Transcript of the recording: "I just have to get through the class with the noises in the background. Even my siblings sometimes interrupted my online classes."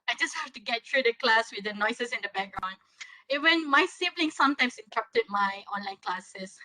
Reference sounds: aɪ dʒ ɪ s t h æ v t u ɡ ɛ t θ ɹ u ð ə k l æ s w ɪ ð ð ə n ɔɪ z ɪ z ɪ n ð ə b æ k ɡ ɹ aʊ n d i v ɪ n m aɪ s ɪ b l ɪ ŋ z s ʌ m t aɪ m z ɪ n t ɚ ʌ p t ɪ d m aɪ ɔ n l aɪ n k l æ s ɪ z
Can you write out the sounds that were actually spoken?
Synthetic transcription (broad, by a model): aɪ dʒ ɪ s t h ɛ f t u ɡ ɛ t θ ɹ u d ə k l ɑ s w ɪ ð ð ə n ɔɪ s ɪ s ɪ n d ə b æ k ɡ ɹ aʊ n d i w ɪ n m aɪ s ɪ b l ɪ ŋ s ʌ m t aɪ m s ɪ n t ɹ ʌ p t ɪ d m aɪ ɔ n l aɪ n k l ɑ s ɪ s